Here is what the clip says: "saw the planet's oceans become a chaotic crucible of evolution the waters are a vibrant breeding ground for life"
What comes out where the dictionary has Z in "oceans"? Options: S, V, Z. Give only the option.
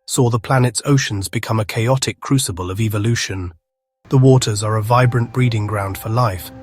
Z